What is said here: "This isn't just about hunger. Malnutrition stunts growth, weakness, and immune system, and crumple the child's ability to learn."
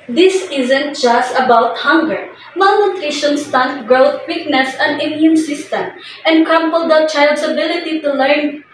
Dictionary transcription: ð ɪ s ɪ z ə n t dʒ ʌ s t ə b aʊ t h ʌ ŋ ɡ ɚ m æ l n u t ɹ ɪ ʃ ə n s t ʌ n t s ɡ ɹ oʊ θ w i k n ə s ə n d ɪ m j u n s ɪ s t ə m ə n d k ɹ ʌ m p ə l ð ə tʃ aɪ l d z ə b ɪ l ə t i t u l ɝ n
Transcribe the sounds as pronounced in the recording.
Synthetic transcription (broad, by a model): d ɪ s ɪ z ə n t dʒ ʌ s t ə b aʊ t h ʌ ŋ ɡ ɚ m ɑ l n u t ɹ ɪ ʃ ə n s t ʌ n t ɡ ɹ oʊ t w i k n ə s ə n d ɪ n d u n s ɪ s t ə m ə n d k ʌ m p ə l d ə tʃ aɪ l d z ə b ɪ l ə t i t u l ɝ n